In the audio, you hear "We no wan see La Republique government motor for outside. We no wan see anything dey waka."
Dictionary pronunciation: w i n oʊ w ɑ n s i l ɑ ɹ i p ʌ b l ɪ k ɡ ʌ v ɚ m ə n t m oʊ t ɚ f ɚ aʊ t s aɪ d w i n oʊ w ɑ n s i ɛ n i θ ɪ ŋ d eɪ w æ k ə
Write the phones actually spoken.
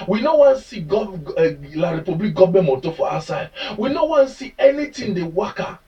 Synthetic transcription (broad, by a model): w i n oʊ w ɑ n s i l ɑ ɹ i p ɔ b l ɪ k ɡ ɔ b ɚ m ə t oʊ f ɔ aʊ s aɪ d w i n oʊ w ɑ n s i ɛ n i t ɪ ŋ d eɪ w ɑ k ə